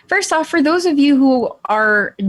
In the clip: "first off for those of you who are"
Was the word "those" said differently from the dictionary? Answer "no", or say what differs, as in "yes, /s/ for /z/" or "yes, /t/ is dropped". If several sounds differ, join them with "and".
no